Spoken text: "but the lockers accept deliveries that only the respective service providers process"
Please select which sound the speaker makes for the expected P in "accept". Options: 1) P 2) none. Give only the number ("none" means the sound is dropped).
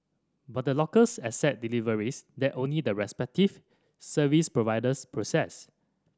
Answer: 2